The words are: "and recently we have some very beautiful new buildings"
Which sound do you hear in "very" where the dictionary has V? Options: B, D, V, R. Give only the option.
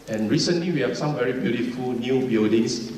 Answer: V